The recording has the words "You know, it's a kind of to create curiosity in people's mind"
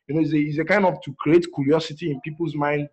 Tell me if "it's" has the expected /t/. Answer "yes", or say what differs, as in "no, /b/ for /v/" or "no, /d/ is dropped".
no, /s/ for /t/